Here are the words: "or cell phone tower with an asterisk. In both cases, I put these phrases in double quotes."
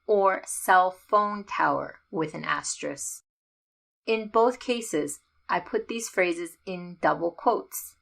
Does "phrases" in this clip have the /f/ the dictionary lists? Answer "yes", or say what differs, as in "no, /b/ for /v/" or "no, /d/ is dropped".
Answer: yes